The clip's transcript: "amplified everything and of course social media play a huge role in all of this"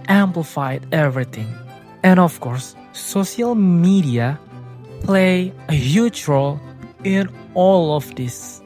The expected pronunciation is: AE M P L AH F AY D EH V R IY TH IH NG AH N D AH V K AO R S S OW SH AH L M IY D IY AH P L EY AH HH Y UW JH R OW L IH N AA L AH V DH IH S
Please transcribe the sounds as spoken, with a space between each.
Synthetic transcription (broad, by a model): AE M P L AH F AY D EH V R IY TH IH NG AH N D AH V K AO R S S OW SH AH L M IY D IY AH P L EY AH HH Y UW CH R OW L IH N AA L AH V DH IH S